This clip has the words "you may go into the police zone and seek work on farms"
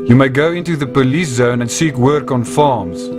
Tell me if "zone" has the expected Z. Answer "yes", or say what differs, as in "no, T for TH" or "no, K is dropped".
yes